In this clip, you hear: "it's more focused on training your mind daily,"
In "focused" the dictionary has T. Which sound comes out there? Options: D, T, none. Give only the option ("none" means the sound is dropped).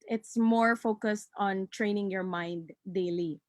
T